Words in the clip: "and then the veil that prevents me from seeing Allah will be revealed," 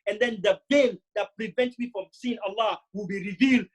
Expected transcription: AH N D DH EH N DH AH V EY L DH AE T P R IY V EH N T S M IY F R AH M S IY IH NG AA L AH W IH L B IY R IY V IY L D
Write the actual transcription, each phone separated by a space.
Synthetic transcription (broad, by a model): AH N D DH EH N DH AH B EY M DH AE T P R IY V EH N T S M IY F R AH M S IY IH NG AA L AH W IH L B IY R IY V IY L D